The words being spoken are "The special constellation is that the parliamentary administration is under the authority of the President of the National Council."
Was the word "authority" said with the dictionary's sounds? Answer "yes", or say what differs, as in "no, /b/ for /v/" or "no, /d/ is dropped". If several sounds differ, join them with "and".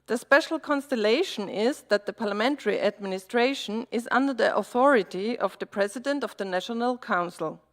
yes